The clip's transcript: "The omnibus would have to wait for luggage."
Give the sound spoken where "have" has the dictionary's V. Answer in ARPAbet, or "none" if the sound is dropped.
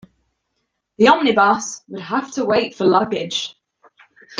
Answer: F